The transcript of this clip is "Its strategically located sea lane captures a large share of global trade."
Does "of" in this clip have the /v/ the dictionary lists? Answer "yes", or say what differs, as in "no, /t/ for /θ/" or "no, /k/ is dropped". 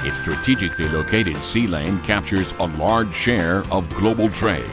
yes